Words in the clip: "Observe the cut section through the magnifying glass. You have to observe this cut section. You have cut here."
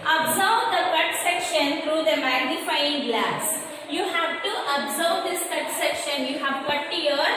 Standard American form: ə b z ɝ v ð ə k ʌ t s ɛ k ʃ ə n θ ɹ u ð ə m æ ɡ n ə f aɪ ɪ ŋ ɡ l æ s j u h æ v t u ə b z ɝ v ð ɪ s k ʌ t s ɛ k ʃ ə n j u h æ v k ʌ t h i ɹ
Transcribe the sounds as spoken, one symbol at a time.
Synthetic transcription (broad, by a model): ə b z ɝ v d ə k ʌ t s ɛ k ʃ ə n t ɹ u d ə m æ ɡ n ə f aɪ ɪ ŋ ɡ l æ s j u h æ v t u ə b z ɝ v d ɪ s k ʌ t s ɛ k ʃ ə n j u h æ v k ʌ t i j